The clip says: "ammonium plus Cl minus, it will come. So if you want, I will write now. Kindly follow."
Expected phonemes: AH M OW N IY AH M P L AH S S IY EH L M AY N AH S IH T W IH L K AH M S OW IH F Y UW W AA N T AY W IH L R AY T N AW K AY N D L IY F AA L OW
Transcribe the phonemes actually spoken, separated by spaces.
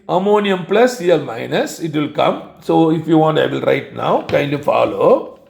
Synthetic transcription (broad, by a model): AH M OW N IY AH M P L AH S S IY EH L M AY N AH S IH T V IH L K AH M S OW IH F Y UW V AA N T AY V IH L R AY T N AW K AY N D IY F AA L OW